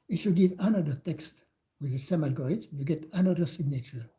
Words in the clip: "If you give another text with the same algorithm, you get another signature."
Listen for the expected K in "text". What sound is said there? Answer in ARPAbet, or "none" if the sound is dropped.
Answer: K